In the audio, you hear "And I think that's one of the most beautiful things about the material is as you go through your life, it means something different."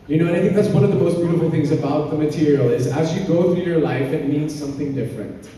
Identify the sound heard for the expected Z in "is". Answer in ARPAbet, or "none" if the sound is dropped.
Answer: Z